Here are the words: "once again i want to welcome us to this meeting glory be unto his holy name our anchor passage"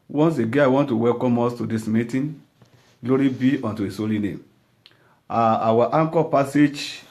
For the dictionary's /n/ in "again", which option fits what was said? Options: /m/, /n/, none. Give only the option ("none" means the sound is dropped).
none